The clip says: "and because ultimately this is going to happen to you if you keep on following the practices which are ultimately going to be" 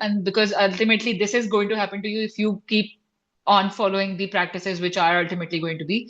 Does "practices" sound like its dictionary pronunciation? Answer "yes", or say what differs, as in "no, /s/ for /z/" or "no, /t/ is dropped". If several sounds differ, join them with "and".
yes